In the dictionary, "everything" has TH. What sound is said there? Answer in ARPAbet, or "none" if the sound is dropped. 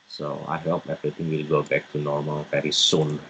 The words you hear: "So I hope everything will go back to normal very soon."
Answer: T